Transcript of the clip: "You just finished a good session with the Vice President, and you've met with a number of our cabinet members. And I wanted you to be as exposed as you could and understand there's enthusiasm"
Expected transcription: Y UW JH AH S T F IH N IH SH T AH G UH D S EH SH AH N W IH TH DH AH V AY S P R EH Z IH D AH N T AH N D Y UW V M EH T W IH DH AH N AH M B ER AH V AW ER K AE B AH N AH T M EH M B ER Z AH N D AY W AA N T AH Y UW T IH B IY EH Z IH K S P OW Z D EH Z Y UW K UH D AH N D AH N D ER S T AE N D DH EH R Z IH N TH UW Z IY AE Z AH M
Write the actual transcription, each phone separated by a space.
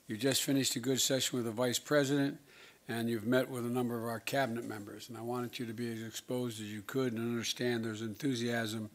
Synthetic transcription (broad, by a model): Y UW JH AH S T F IH N IH SH T AH G UH D S EH SH AH N W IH DH AH V AY S P R EH Z IH D AH N T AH N Y UW V M EH T W IH DH AH N AH M B ER AH V AW ER K AE B AH N AH T M EH M B ER Z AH N AY W AA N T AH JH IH T IH B IY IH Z IH K S P OW Z D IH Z Y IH K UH D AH N AH N D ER S T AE N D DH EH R Z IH N TH UW Z IY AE Z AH M